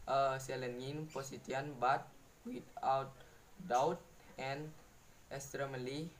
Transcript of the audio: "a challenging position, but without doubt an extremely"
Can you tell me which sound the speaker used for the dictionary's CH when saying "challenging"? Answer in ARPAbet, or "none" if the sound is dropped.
S